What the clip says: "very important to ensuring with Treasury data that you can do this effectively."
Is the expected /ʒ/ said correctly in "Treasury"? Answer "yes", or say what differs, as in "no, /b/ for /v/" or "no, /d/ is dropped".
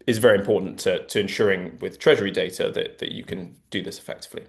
yes